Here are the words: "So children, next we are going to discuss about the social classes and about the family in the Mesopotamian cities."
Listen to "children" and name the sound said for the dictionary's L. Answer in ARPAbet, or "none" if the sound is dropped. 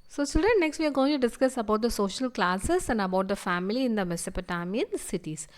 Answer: none